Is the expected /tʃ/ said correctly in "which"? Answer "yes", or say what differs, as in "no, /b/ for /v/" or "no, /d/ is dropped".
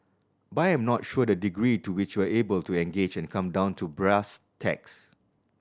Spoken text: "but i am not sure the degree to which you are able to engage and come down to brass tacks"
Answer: yes